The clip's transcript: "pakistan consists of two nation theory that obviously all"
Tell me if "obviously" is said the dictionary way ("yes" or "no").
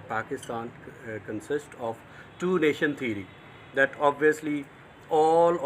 yes